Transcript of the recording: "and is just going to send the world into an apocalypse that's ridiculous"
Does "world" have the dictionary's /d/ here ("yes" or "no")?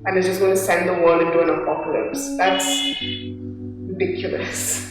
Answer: no